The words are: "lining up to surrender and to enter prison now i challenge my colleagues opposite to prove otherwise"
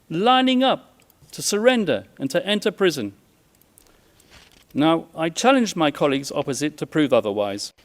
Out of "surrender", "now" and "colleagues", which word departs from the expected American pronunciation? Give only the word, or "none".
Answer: none